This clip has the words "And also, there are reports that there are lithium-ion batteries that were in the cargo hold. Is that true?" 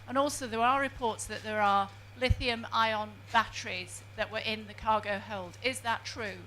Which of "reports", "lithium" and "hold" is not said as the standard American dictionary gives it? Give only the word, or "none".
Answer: none